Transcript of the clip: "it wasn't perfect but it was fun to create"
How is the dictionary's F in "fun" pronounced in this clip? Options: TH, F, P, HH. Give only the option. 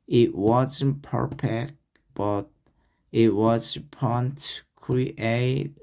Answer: P